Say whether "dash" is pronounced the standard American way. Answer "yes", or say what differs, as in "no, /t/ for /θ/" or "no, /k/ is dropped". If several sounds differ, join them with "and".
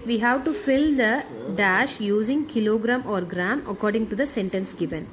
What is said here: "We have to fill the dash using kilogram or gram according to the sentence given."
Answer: yes